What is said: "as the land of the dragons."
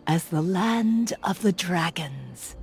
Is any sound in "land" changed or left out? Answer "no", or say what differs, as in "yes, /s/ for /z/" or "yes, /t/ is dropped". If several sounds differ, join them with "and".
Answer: no